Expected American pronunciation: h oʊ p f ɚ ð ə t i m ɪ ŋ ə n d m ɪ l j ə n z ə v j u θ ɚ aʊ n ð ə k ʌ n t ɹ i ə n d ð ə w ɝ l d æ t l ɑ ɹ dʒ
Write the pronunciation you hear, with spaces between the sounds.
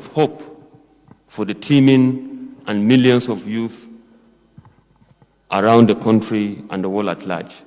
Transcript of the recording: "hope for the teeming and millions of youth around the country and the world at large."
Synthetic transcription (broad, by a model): h oʊ p f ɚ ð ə t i m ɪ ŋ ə n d m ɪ l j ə n s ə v j u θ ɚ aʊ n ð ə k ʌ n t ɹ i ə n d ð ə w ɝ l æ t l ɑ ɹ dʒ